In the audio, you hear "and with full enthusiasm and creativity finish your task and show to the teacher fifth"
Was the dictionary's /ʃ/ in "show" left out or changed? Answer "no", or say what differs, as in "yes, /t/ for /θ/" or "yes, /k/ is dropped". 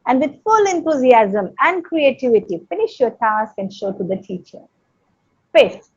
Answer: no